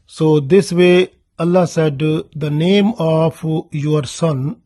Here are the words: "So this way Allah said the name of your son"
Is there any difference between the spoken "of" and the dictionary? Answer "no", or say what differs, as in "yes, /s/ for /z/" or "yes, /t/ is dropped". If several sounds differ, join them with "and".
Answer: yes, /p/ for /v/